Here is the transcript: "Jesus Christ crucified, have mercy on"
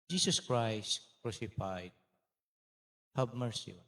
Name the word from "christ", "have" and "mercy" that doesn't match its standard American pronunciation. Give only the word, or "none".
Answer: have